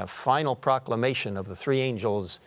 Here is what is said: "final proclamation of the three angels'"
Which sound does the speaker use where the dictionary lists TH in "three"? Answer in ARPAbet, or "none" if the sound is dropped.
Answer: TH